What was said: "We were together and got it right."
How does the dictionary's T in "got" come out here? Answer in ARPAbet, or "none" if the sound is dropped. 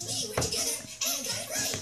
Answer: none